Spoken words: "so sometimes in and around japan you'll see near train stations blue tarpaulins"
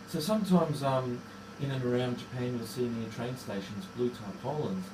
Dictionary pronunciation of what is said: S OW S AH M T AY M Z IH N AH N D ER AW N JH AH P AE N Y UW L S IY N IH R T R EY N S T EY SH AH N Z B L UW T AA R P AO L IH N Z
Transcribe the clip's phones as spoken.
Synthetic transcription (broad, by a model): S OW S AH M T AY M Z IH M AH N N ER AW N JH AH P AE N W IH S IY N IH T R EY N S T EY SH AH N Z B L UW T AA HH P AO L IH N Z